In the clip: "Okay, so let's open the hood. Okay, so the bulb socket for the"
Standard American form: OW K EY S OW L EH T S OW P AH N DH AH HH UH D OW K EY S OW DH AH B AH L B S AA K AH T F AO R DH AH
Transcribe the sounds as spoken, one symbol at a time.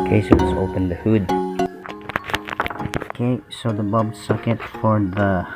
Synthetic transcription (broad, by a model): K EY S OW W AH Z OW P AH N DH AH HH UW D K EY S OW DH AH B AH B S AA K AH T F AO R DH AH